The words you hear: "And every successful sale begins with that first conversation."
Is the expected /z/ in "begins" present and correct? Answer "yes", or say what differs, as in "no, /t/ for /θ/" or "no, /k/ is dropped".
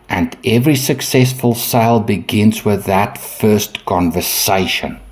yes